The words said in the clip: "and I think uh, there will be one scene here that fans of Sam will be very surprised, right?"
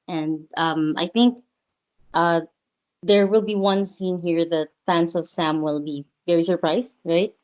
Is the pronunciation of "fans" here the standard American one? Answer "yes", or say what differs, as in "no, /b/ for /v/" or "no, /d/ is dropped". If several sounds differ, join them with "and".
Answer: no, /s/ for /z/